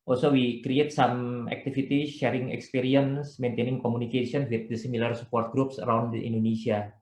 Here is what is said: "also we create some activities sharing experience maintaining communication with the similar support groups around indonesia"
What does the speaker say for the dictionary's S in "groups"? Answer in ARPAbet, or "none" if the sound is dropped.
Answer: S